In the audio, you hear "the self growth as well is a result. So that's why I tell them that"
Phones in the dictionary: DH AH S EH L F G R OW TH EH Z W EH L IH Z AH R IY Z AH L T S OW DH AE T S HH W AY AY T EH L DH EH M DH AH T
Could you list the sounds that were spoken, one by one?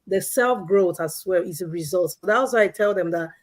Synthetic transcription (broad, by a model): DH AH S EH L F G R OW TH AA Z W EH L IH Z AH R IY Z AH L T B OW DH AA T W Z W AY AY T EH L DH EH M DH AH T